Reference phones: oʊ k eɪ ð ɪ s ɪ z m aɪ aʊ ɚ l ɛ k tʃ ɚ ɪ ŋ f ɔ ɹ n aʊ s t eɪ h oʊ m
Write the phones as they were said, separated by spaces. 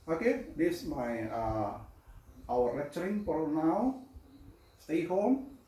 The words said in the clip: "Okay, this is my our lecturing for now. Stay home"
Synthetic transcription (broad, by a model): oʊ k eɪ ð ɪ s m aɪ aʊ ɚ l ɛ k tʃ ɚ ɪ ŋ p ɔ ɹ n aʊ s t eɪ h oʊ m